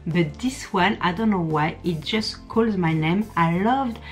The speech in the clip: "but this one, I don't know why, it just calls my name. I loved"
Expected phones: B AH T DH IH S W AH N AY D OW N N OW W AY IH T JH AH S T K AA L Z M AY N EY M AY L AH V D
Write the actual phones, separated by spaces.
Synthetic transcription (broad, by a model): B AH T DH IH S W AH N AY D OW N N OW W AY IH T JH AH S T K AA L Z M AY N EY M AY L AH V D